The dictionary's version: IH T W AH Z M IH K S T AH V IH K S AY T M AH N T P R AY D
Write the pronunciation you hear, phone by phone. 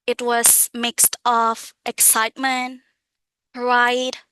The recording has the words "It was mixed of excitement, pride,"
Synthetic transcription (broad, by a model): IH T W AH Z M IH K S T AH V IH K S AY T M AH N T R AY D